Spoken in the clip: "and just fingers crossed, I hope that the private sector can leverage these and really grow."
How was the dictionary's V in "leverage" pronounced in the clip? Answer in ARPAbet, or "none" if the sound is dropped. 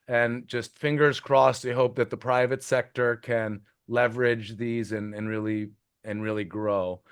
V